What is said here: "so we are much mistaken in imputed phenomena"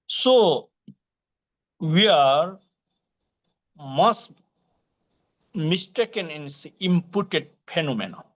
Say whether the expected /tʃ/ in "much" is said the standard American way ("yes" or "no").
no